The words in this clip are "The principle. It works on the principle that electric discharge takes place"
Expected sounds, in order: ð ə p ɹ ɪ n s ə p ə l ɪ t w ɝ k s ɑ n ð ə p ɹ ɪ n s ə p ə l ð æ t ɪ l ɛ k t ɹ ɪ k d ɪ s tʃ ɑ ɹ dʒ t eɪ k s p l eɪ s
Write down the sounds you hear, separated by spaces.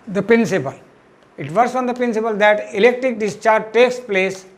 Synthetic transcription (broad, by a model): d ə p ɹ ɪ n s ə p ə l ɪ t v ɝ s ɑ n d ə p ɹ ɪ n s ə p ə l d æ t ɪ l ɛ k t ɹ ɪ k d ɪ s tʃ ɑ ɹ dʒ t eɪ k s p l eɪ s